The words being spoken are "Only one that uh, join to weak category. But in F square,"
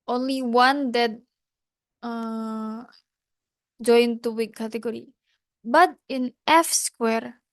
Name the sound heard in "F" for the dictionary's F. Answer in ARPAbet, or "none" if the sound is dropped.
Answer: F